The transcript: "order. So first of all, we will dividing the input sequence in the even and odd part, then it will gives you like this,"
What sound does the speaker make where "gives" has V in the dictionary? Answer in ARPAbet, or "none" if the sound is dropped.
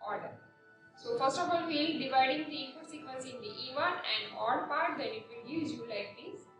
none